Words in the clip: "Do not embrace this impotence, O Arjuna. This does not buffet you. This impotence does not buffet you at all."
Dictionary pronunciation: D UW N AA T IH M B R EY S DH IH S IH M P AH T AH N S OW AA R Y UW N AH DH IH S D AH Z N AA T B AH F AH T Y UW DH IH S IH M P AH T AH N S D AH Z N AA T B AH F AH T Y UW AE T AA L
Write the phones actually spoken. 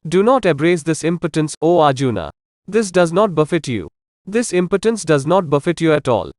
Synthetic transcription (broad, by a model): D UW N AA T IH B R EY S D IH S IH M P AH T AH N S OW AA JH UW N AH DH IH S D AH Z N AA T B AH F AH T Y UW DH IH S IH M P AH T AH N S D AH Z N AA T B AH F AH T Y UW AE T AA L